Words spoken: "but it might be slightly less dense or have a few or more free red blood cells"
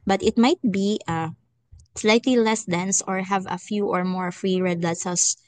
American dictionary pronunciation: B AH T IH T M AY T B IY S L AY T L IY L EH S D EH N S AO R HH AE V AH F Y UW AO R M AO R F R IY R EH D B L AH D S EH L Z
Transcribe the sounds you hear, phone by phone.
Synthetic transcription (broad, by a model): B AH T IH T M AY T B IY S L AY T L IY L EH S D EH N S AO R HH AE V AH F Y UW AO R M AO R F R IY R EH D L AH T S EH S